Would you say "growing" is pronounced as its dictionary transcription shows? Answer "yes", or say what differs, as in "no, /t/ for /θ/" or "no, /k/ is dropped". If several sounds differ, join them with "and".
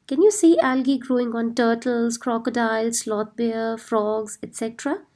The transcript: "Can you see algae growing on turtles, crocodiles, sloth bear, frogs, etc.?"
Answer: yes